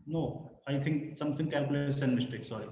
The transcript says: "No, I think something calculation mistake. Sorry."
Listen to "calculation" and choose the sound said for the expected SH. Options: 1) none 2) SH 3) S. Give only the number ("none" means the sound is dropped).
3